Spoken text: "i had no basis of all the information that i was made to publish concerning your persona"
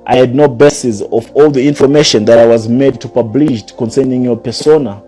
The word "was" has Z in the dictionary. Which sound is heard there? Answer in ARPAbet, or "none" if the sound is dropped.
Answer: Z